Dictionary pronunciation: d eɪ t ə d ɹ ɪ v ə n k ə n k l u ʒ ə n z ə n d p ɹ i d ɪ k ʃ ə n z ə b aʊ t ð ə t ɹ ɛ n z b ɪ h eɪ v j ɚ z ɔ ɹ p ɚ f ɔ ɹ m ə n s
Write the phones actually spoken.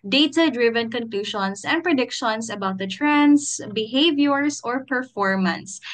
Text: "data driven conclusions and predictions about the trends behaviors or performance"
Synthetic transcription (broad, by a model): d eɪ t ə d ɹ ɪ v ə n k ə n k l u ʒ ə n s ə n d p ɹ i d ɪ k ʃ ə n s ə b aʊ t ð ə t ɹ ɛ n s b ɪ h eɪ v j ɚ s ɔ ɹ p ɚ f ɔ ɹ m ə n s